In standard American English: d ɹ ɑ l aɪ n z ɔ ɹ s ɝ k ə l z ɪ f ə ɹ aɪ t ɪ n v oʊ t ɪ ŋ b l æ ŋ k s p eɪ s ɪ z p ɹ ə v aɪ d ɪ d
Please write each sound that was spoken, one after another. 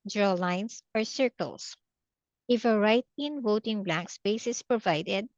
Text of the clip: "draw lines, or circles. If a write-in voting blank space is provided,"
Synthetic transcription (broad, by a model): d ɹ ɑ l aɪ n s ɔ ɹ s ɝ k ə l s ɪ f ə ɹ aɪ t ɪ n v oʊ t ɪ ŋ b l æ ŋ k s p eɪ s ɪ s p ɹ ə v aɪ d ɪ d